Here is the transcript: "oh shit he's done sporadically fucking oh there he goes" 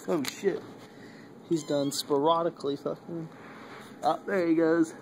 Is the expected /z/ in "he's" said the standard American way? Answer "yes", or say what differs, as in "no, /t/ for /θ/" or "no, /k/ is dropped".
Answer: yes